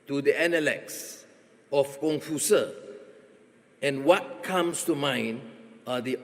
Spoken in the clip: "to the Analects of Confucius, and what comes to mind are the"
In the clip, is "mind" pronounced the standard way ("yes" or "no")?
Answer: no